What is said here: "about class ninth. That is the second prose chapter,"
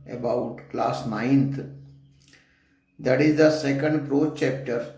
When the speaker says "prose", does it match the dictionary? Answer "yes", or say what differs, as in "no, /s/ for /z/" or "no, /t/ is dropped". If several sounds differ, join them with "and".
no, /z/ is dropped